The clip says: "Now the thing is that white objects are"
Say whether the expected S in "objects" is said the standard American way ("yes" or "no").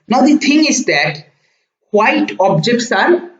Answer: yes